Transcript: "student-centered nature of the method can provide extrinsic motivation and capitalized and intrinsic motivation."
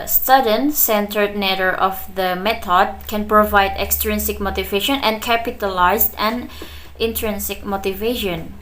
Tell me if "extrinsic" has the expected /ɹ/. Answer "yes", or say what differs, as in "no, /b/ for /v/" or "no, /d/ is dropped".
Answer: yes